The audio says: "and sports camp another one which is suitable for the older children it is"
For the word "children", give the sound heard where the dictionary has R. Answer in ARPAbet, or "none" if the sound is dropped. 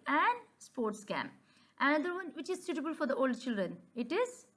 R